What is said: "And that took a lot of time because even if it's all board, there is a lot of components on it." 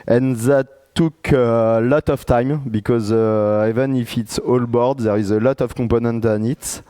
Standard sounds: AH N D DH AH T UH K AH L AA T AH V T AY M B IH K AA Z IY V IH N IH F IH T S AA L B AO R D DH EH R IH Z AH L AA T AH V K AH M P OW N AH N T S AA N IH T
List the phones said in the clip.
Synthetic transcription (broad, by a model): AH N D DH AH T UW K AH L AA T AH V T AY M B IH K AA Z IY V IH N IH F IH T S AA L B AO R D DH EH R IH Z AH L AA T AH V K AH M P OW N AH N T AA N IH T